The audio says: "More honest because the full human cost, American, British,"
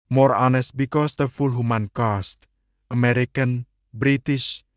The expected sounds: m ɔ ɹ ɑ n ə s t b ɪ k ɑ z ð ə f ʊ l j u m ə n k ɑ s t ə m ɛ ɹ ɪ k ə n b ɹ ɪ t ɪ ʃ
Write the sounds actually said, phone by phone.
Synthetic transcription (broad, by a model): m ɔ ɹ ɑ n ə s t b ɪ k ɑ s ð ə f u l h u m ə n k ɑ s t ə m ɛ ɹ ɪ k ə n b ɹ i t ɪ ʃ